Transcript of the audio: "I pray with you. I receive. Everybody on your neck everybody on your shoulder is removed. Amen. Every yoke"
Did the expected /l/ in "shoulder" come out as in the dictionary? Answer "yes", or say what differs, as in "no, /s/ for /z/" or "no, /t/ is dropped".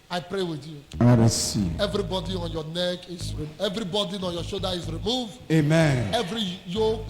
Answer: no, /l/ is dropped